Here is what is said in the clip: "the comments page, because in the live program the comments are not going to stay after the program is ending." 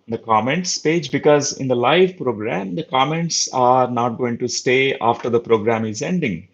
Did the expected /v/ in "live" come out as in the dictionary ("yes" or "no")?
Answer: yes